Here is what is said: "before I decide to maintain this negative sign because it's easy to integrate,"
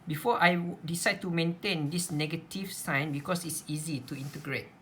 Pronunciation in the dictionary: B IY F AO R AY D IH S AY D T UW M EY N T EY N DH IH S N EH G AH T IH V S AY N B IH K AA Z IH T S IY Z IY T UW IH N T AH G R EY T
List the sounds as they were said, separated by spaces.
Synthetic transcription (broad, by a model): B IY F AO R AY D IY S AY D T UW M EY N T EY N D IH S N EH G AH T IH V S AY N B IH K AA S IH T S IY Z IY T UW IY N T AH G R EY T